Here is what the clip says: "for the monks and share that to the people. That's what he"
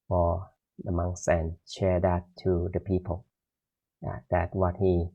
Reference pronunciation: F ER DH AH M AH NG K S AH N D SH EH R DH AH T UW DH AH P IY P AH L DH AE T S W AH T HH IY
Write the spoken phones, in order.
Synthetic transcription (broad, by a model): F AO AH M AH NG S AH N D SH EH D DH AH T UW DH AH P IY P AH L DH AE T W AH T HH IY